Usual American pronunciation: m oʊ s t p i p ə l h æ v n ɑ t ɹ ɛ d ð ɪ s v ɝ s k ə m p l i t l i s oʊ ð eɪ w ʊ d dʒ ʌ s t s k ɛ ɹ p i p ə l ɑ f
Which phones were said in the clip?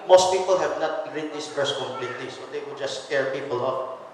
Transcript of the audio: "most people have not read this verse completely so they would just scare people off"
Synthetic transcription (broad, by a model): m oʊ s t p i p ə l h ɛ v n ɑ t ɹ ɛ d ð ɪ s p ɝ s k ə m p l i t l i s oʊ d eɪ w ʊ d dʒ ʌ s s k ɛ ɹ p i p ə l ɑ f